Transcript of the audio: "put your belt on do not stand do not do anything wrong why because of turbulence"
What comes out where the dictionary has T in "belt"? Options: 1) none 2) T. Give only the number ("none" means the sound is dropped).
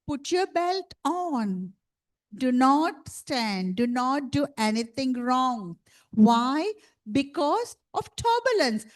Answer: 2